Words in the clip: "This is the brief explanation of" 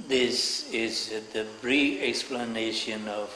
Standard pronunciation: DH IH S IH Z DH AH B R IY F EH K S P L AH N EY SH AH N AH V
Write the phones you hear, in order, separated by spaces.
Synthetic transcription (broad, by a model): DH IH S IH Z DH AH R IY EH K S P L AH N EY SH AH N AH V